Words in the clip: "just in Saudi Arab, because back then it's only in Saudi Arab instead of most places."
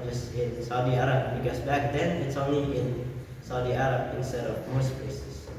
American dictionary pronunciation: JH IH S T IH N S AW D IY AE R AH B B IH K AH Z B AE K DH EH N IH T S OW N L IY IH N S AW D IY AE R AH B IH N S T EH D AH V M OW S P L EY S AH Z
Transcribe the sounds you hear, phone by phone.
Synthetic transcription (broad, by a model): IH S IH N S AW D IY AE R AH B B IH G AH S B AE K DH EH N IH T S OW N IY IH N S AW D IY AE R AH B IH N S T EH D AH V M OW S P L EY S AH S